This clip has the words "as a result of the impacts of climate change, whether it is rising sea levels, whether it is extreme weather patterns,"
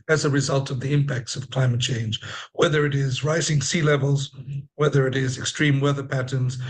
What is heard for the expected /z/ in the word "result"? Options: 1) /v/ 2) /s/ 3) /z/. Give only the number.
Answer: 3